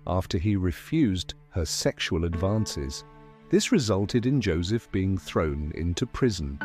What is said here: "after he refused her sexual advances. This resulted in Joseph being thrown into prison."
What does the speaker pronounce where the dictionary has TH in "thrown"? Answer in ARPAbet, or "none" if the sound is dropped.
TH